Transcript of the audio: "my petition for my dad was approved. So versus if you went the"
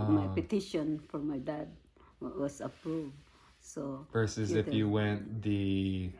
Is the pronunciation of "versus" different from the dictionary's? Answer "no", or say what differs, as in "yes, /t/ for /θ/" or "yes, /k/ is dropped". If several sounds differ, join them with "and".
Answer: yes, /p/ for /v/